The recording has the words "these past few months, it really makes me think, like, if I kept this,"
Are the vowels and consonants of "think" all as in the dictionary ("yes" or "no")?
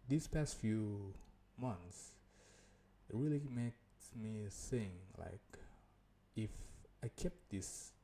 no